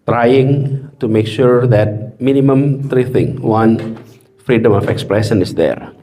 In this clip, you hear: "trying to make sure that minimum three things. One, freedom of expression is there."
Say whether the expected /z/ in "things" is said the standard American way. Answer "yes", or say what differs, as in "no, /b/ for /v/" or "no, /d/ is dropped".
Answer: no, /z/ is dropped